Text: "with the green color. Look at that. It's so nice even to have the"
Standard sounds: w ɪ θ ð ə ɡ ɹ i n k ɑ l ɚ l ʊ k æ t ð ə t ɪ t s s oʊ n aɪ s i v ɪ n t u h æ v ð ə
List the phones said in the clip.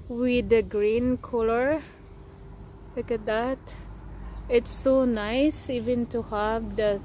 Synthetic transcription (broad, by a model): w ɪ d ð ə ɡ ɹ i n k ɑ l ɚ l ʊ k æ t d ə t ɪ t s s oʊ n aɪ s i v ɪ n t u h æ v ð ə